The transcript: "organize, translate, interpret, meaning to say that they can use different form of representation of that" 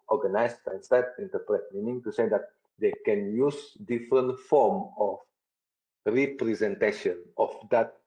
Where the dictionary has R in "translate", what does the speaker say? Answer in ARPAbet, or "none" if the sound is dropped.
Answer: none